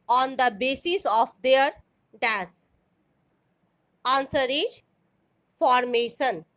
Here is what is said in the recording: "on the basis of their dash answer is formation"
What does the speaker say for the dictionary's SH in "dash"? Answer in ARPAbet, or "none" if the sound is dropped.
S